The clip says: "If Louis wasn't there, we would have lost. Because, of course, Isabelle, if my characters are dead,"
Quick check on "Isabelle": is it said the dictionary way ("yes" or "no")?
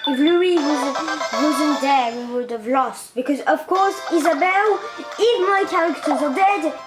yes